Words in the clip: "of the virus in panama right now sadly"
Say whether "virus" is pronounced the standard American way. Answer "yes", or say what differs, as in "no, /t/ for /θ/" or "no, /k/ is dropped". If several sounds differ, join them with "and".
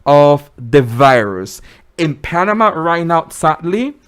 yes